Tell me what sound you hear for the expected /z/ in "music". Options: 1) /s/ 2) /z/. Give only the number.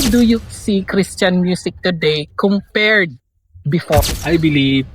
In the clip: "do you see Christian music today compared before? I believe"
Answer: 1